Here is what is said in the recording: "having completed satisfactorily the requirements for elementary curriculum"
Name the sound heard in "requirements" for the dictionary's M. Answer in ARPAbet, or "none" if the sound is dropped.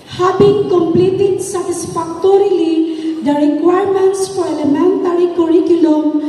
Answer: M